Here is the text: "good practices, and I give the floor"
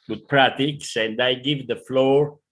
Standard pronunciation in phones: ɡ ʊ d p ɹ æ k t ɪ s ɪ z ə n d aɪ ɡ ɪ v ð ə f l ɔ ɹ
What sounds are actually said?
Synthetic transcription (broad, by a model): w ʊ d p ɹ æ t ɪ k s ə n d aɪ ɡ ɪ v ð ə f l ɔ ɹ